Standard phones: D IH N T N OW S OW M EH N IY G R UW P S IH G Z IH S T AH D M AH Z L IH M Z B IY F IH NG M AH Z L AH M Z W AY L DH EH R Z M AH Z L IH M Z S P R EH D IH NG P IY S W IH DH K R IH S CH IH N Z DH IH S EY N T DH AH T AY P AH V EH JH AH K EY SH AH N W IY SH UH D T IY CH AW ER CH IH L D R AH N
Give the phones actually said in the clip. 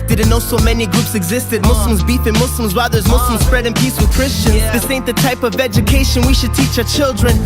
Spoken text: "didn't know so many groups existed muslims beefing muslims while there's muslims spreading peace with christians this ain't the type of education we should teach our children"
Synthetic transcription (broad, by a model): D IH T N OW S OW M EH N IY G R UW P S IH G Z IH S T AH D M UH S L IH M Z B IY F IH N M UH S L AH M Z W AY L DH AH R Z M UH S L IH M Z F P R EH D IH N P IY S W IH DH K R IH S CH IH N Z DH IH S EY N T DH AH T AY P AH V EH JH AH K EY SH AH N W IY SH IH D T IY CH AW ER CH IH L D R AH N